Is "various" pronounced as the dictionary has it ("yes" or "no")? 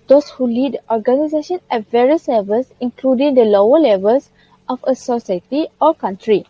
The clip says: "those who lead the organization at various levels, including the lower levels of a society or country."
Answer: yes